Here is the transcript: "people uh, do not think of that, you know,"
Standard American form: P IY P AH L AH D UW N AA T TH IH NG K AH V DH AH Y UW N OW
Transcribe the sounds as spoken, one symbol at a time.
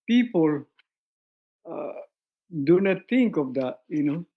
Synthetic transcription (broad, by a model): P IY P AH L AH D UW N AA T T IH NG K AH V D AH Y UW N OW